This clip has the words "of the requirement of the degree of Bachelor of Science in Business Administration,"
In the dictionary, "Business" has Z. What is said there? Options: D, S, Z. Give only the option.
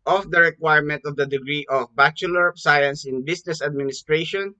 S